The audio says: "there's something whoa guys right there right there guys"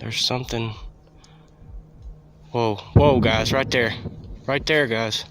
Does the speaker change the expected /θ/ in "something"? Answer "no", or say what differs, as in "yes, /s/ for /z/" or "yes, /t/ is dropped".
no